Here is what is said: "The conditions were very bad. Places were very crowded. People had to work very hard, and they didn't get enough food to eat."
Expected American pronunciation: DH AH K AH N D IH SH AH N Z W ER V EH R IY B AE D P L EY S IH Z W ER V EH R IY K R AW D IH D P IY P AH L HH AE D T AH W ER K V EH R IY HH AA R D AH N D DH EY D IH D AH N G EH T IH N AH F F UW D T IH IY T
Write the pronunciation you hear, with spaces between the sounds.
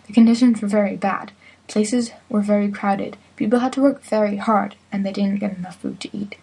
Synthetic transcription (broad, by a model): DH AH K AH N D IH SH AH N Z W ER V EH R IY B AE D P L EY S IH Z W ER V EH R IY K R AW D IH D P IY P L HH AE D T AH W ER K V EH R IY HH AA R D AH N DH EY D IH D N G EH T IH N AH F F UW D T IH IY T